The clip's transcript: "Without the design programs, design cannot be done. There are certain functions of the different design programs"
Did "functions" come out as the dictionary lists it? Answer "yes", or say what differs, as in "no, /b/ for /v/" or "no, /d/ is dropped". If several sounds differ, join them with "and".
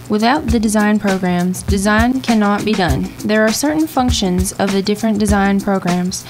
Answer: yes